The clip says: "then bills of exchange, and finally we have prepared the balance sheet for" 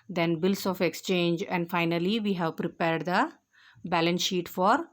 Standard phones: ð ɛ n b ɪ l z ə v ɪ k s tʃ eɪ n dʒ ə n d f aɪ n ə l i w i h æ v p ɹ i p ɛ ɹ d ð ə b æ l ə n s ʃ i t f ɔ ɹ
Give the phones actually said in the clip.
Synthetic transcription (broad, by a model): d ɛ n b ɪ l s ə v ɪ k s tʃ eɪ n dʒ ə n d f aɪ n ə l i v i h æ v p ɹ i p ɛ ɹ d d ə b æ l ə n s ʃ i t f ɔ ɹ